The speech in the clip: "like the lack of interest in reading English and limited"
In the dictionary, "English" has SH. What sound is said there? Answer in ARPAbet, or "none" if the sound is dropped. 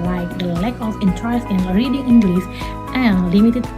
S